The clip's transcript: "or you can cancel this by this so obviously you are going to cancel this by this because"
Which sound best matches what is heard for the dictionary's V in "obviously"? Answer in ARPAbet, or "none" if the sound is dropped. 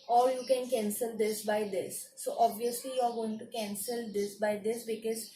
V